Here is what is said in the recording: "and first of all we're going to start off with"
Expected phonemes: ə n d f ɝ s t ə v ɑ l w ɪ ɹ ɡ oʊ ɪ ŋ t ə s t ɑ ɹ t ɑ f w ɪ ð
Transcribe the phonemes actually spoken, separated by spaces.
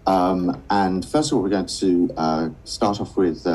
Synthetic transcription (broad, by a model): ə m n f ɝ s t ə v ɑ l w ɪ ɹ ɡ oʊ ɪ ŋ t ə s t ɑ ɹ t ɑ f w ɪ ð